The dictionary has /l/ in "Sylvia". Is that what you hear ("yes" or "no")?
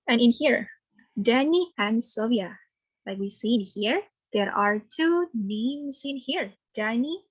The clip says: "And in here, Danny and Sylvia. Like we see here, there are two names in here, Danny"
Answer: no